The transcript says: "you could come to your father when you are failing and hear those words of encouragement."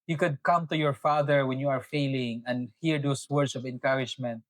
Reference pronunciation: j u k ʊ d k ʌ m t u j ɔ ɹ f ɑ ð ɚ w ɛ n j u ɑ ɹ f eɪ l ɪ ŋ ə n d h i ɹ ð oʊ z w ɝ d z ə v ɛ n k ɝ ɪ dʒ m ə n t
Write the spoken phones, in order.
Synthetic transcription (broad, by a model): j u k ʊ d k ʌ m t u j ɔ ɹ f ɑ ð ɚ w ɛ n j u ɑ ɹ f eɪ l ɪ ŋ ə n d h i ɹ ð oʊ s w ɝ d s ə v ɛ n k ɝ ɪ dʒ m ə n t